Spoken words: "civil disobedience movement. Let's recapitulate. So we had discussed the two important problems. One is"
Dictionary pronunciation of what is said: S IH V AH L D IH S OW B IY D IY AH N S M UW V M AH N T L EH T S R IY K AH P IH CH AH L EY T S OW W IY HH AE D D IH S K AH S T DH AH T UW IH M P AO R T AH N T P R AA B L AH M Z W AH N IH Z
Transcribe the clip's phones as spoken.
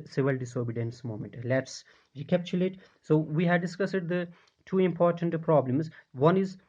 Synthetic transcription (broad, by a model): S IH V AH L D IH S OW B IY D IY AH N S M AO M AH N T L EH T S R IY K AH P CH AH L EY T S OW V IY HH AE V D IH S K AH S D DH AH T UW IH M P AO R T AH N T P R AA B L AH M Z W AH N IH Z